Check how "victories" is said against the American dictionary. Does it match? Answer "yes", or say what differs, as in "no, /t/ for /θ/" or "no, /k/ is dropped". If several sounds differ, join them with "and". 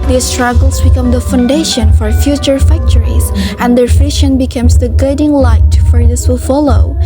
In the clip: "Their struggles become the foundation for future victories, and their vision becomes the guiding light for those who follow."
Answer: no, /f/ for /v/